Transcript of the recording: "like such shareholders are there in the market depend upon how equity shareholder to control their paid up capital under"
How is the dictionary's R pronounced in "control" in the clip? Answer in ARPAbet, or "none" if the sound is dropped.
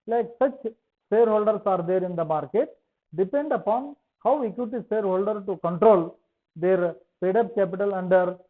R